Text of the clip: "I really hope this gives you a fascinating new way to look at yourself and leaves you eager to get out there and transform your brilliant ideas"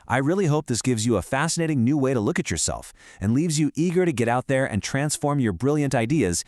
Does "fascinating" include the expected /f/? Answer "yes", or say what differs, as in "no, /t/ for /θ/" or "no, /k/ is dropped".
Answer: yes